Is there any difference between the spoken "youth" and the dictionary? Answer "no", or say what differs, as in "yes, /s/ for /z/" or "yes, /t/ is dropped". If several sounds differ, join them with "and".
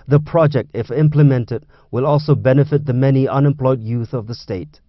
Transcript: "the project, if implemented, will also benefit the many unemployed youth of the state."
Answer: no